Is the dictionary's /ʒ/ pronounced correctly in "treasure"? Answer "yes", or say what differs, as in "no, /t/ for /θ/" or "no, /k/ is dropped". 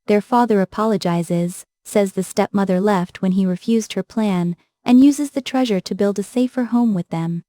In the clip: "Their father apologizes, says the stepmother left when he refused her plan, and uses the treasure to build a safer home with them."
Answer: yes